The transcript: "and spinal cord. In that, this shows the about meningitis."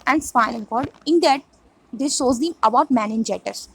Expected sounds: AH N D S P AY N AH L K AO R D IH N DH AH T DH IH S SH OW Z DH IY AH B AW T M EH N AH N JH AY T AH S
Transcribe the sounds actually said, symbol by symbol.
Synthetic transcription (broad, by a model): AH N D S F AY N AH L K AO R D IH N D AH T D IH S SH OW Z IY AH B AW T M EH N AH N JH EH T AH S